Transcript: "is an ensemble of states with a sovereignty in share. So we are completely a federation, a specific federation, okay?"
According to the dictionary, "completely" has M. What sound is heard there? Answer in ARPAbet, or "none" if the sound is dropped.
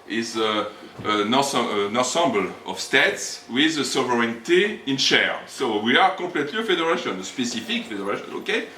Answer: none